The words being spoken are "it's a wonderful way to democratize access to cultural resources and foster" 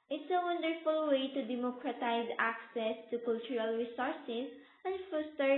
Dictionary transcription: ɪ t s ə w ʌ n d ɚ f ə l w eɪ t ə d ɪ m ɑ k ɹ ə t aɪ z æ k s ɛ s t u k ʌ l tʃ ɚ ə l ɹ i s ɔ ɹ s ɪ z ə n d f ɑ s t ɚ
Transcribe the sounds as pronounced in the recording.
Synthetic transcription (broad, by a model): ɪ t s ə w ʌ n d ɚ f ə l w eɪ t ə d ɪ m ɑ k ɹ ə t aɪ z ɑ k s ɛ s t u k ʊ l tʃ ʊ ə l ɹ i s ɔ ɹ s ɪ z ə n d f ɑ s t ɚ